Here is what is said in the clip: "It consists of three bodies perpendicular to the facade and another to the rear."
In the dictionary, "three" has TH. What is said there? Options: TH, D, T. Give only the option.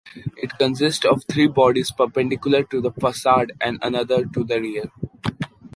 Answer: T